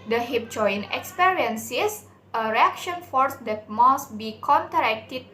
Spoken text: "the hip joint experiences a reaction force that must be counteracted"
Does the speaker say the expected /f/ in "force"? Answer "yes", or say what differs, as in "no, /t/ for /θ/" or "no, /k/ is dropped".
yes